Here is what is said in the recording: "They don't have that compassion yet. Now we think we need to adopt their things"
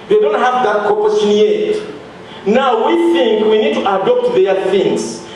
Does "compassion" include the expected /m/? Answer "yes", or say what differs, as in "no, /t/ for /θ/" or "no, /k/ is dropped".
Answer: no, /m/ is dropped